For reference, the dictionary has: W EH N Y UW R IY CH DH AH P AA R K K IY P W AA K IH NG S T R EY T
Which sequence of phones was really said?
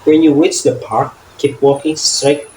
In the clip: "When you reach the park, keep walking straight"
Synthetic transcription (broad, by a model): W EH N Y UW W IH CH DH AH P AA R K K IY P W AA K IH NG S T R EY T